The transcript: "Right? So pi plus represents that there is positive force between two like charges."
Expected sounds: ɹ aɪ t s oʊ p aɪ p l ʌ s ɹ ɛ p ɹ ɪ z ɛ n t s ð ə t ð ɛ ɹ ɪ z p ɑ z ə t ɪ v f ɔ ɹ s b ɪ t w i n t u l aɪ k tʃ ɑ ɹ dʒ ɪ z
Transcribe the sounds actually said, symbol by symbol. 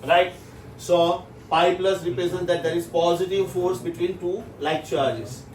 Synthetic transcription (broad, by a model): ɹ aɪ t s oʊ p aɪ p l ʌ s ɹ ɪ p ɹ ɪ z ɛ n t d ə t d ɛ ɹ ɪ z p ɑ z ə t ɪ v f ɔ ɹ s b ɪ t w i n t u l aɪ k tʃ ɑ ɹ dʒ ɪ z